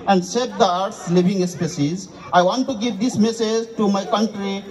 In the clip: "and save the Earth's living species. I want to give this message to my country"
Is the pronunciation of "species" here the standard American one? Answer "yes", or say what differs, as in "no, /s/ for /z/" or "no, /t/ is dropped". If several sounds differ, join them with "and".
no, /s/ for /ʃ/